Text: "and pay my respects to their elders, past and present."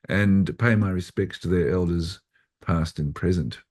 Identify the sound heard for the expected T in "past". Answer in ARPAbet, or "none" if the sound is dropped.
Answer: T